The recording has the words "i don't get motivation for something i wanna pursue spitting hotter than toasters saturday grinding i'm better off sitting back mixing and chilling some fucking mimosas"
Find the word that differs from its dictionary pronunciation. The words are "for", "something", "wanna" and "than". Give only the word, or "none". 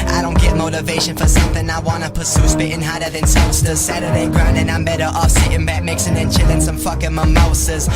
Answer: none